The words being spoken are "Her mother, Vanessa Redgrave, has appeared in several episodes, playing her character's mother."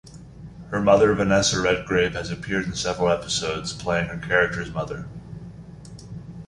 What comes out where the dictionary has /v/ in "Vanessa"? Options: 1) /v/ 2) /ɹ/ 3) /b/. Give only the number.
1